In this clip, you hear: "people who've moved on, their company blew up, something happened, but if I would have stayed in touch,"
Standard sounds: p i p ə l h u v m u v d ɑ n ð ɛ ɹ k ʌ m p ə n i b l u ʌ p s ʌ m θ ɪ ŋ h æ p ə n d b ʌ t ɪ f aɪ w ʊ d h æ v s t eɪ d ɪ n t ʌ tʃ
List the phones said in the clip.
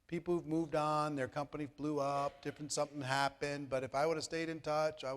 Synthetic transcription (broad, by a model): p i p l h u v m u v d n ð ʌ ɹ k ʌ m p ə n i b l u ʌ p s ʌ m θ ɪ ŋ h æ p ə n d b ʌ t ɪ f aɪ w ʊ d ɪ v s t eɪ d ɪ n t ʌ tʃ